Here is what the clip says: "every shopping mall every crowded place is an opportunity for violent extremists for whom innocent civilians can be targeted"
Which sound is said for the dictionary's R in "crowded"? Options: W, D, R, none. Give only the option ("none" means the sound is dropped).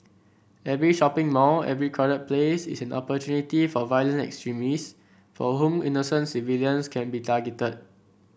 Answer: none